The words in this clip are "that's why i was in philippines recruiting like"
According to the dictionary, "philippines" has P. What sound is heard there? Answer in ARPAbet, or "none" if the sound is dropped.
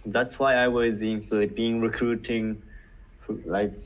B